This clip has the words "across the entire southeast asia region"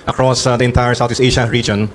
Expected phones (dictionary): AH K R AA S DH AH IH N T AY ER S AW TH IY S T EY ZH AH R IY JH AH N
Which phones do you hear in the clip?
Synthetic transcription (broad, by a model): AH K R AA S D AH IH N T AY ER S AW T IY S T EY SH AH R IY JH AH N